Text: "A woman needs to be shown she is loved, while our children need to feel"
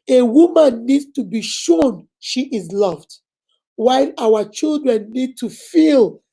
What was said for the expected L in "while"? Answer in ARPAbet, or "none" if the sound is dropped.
L